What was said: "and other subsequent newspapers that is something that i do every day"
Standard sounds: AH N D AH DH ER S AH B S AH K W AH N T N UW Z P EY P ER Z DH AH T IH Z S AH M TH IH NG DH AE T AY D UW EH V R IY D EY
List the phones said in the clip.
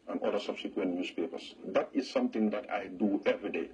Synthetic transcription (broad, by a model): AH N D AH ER S AH B S AH K W AH N T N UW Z P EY P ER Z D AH T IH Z S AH M T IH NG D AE T AY D UW EH V R IY D EY